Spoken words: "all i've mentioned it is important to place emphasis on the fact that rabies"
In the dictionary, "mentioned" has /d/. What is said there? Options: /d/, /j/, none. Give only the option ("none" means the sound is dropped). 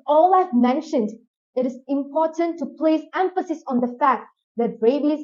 /d/